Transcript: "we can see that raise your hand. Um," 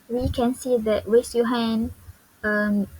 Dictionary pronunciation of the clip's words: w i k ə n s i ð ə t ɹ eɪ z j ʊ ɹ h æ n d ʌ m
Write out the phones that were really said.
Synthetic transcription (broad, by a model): w i k ə n s i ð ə t w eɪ s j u h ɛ n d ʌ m